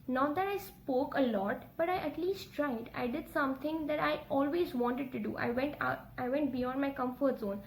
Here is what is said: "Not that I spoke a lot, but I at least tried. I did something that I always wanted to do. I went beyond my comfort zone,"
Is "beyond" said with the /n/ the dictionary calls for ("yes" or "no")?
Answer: no